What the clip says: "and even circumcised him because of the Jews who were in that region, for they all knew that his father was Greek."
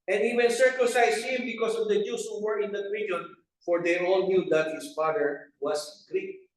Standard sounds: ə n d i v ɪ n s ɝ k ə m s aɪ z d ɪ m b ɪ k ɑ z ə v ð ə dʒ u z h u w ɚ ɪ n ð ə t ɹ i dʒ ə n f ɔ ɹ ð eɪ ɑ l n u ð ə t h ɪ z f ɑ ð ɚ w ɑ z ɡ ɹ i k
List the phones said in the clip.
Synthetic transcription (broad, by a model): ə n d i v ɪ n s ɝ k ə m s aɪ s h ɪ m b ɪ k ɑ s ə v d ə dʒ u s h u w ɚ ɪ n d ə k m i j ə n f ɔ ɹ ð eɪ ɑ l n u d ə t h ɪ s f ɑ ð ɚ w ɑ s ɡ ɹ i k